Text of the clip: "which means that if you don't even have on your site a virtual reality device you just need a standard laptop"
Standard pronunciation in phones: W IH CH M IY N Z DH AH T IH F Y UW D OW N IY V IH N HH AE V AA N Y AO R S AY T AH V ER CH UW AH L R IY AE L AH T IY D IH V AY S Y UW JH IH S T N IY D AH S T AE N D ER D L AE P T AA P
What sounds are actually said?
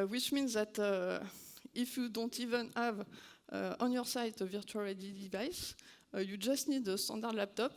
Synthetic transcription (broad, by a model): W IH CH M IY N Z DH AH T IH F Y UW D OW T IY V IH N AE V AA N Y AO R S AY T AH V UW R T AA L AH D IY D IH V AY S Y UW JH IH S T N IY D AH S T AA D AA D L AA P T AA P